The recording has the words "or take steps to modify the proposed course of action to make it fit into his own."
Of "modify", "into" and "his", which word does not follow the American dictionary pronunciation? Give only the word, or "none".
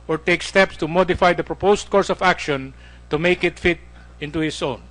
his